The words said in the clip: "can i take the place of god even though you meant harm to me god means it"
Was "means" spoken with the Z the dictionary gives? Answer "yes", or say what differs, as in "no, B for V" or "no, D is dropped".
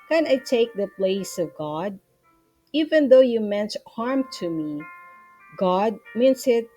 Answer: no, S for Z